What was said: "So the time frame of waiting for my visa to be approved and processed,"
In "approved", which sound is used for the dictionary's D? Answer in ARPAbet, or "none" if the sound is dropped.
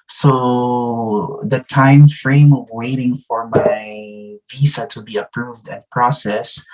D